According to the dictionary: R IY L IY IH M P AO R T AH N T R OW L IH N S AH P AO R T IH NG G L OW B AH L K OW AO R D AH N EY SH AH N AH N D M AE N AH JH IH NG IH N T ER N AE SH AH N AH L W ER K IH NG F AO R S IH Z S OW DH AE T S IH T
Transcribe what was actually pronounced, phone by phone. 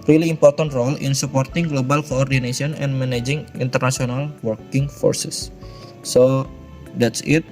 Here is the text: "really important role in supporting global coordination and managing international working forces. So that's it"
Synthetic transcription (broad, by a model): R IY L IY M P AO R T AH N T R OW L IH N S AH P AO R T IH NG G L OW B AH L K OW AO R D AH N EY S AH N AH N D M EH N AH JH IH NG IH N T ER N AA S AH N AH L W ER K IH NG F AO R S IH S OW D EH T S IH T